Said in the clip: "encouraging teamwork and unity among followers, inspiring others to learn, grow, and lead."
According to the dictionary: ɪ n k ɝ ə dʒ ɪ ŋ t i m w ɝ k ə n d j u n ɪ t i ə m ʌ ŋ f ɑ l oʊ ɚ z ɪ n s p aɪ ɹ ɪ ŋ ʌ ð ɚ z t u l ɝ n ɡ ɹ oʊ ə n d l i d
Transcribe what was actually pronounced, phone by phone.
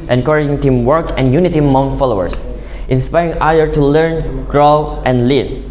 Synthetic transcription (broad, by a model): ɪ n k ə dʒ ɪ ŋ t i m w ɝ k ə n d j u n ɪ t i m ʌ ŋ f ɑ l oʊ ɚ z ɪ n s p aɪ ɹ ɪ ŋ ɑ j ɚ t u l ɝ n ɡ ɹ oʊ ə n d l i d